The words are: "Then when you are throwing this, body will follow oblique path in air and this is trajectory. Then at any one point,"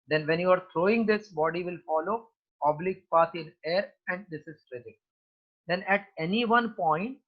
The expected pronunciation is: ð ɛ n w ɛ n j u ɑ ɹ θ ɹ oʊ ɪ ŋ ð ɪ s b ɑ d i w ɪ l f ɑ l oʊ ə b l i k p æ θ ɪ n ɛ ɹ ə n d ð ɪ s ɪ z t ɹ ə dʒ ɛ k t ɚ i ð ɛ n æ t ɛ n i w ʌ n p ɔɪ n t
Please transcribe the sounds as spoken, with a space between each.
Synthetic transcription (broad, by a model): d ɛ n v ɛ n j u ɑ ɹ t ɹ oʊ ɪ ŋ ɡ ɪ s b ɑ d i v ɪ l f ɑ l oʊ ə b l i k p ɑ s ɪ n ɛ ɹ ə n d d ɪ s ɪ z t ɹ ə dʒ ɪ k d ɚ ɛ n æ t ɛ n i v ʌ n p ɔɪ n t